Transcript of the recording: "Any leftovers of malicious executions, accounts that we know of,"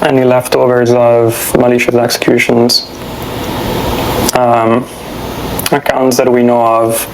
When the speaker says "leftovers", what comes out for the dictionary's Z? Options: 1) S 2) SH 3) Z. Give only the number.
3